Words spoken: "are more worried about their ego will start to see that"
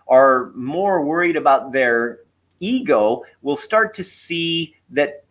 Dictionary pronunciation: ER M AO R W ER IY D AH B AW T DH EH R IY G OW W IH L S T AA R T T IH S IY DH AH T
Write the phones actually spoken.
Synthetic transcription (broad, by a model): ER M AO R W ER IY D AH B AW T DH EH R IY G OW W IH L S T AA R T T IH S IY DH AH T